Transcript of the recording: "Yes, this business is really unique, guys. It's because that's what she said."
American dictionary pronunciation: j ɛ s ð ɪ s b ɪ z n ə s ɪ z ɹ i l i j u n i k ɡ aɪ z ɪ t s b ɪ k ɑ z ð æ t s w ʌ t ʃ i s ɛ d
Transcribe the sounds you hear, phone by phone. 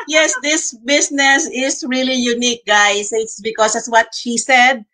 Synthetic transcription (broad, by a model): j ɛ s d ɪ s b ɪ s n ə s ɪ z ɹ i l i j u n i k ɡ aɪ s ɪ t s b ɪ k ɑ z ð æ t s w ʌ t ʃ i s ɛ d